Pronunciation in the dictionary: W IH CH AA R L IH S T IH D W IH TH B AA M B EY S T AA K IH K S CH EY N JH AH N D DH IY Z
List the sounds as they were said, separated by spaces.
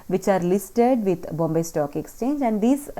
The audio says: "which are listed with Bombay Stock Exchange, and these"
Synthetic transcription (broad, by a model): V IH CH AA R L IH S T IH D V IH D B AA M B EY S T AA K IH K S CH EY N JH AH N D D IY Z